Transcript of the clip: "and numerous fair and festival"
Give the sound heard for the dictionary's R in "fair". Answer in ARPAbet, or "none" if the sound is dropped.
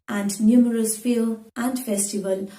L